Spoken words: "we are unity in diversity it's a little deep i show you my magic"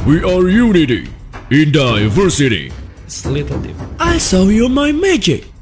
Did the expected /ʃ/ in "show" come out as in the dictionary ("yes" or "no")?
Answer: no